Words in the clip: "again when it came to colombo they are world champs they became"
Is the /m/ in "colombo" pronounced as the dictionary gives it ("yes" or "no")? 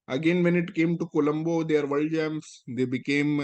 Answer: yes